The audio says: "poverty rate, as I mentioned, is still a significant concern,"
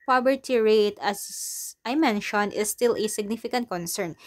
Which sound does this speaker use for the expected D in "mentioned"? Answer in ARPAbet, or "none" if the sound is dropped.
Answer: none